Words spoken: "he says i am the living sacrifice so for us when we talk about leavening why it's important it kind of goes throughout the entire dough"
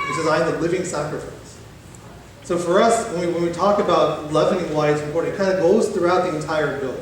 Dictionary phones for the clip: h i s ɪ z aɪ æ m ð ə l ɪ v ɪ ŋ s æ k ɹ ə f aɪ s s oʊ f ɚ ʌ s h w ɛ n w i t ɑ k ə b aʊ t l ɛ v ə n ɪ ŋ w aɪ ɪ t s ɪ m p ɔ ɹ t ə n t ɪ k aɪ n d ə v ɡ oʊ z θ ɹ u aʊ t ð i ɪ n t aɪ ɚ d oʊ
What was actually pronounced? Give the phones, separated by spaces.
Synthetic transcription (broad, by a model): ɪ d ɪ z aɪ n ð ə l ɪ v ɪ ŋ s æ k ɹ ə f aɪ s s oʊ f ɚ ʌ s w w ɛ n w i t ɑ k ə b aʊ t l ɛ v ə n ɪ ŋ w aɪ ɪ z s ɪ p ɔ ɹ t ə t k aɪ n d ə ɡ oʊ z θ ɹ u aʊ t ð i ɪ n t aɪ ɚ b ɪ